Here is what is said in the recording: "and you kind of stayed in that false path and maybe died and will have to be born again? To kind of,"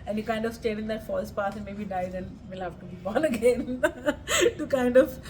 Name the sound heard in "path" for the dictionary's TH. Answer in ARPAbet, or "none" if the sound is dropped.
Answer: S